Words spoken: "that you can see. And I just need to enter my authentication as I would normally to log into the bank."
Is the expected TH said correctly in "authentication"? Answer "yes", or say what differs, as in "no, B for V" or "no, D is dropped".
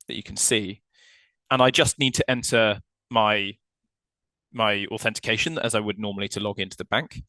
yes